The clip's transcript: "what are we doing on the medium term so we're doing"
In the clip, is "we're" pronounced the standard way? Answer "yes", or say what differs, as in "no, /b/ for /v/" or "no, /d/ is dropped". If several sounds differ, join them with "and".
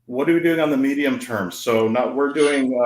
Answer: yes